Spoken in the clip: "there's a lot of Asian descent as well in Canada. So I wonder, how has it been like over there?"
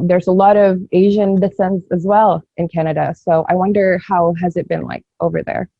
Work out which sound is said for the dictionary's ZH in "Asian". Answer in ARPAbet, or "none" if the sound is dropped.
ZH